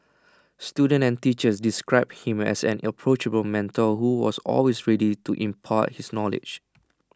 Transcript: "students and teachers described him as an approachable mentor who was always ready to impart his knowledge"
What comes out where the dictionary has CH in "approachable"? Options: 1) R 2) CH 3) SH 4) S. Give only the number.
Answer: 2